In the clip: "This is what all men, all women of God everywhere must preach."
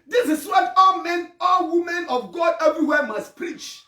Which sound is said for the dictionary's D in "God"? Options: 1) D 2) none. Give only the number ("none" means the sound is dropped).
1